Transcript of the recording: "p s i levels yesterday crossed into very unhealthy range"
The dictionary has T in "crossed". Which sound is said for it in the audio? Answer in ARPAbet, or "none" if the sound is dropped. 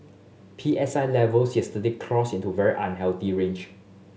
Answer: none